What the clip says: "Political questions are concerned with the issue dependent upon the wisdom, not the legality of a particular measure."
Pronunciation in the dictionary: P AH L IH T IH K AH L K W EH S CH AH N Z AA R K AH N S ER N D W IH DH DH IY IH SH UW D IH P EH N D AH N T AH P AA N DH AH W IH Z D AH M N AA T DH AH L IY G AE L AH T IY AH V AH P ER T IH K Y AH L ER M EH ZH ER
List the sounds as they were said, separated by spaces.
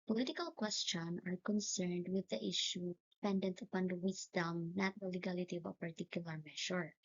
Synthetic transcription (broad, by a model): P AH L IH T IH K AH L K W EH S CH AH N AA R K AH N S ER N D W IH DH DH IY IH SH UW D IH P EH N D AH N T AH P AA N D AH W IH S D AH M N AA T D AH L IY G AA L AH T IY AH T P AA T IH K Y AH L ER M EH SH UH